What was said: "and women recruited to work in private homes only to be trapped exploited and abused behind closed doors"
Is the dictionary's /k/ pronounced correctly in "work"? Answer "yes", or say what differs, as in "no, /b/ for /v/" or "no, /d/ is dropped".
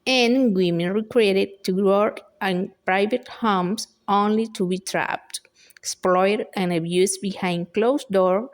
no, /k/ is dropped